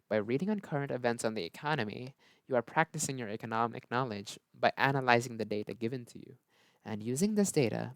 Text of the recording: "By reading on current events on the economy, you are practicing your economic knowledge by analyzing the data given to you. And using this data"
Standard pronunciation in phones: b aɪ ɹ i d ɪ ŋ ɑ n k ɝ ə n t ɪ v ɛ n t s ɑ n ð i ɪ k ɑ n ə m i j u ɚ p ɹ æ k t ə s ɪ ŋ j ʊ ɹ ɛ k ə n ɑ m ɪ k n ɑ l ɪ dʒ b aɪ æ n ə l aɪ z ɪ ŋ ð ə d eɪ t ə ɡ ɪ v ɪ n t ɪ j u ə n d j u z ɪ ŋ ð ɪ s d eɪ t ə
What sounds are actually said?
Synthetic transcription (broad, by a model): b aɪ ɹ i d ɪ ŋ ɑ n k ɝ ə n t ɪ v ɛ n t s n ð i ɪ k ɑ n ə m i j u ɚ p ɹ æ k t ə s ɪ ŋ j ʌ ɹ ɛ k ə n ɑ m ɪ k n ɑ l ɪ dʒ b aɪ æ n ə l aɪ z ɪ ŋ ð ə d eɪ t ə ɡ ɪ v ɪ n t ɪ j u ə n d j u z ɪ ŋ ð ɪ s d eɪ t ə